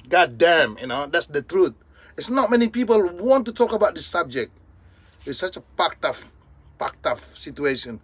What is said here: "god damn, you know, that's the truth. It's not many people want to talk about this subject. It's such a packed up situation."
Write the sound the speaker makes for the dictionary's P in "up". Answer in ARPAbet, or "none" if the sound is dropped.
F